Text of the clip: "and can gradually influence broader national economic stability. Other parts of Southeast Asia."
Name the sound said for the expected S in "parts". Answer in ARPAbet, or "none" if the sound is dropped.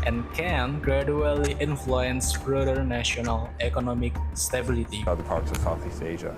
S